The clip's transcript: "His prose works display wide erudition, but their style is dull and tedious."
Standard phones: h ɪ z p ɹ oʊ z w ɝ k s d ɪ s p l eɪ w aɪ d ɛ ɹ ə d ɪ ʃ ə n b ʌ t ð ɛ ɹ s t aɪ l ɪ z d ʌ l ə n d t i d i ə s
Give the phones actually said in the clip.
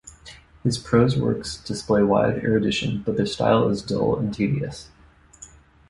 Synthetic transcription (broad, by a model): h ɪ z p ɹ oʊ z w ɝ k s d ɪ s p l eɪ w aɪ d ɛ ɹ ə d ɪ ʃ ə n b ʌ t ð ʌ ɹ s t aɪ l ɪ z d ʌ l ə n t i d i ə s